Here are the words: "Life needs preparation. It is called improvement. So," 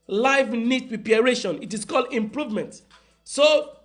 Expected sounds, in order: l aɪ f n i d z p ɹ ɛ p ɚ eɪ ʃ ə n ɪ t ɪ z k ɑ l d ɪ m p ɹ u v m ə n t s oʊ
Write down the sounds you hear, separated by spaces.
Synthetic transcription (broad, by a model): l aɪ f n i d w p i ɚ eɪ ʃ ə n ɪ t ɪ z k ɑ l d ɪ m p ɹ u v m ə n t s oʊ